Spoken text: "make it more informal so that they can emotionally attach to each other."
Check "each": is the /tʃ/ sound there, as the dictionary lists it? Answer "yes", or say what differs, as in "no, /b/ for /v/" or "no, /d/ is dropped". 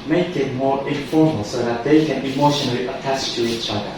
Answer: yes